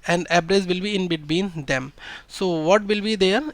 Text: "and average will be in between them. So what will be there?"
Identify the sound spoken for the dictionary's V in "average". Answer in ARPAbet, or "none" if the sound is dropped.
B